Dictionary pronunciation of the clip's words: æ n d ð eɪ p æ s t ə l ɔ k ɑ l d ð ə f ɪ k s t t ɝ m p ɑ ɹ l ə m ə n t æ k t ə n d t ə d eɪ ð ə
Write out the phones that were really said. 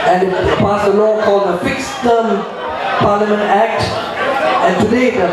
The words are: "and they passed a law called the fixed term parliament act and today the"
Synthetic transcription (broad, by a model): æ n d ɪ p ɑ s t ə l ɔ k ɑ l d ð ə f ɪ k s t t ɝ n p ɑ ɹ l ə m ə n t æ k t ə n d t ə d eɪ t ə